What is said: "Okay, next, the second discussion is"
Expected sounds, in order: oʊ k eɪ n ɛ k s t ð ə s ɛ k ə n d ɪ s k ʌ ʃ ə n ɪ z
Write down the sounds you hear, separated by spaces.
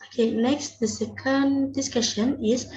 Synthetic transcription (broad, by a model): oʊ k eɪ n ɛ k s t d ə s ɛ k ə n d ɪ s k ʌ ʃ ə n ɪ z